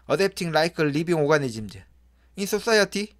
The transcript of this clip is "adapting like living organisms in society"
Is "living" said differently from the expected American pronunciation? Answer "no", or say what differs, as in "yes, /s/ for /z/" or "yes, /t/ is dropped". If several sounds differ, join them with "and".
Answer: yes, /b/ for /v/